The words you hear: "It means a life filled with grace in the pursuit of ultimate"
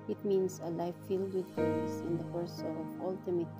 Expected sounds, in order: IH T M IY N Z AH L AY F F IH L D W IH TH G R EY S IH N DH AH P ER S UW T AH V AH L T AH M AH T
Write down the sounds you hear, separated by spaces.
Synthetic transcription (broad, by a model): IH T M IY N S AH L AY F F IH L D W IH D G EY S IH N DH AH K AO S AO AH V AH L T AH M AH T